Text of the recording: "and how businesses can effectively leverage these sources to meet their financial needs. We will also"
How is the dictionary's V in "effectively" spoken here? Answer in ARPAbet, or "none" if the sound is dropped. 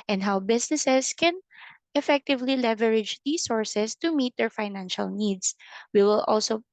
V